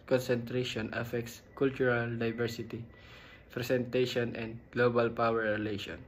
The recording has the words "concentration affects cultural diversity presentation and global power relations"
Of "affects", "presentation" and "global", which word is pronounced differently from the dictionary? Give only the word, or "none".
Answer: presentation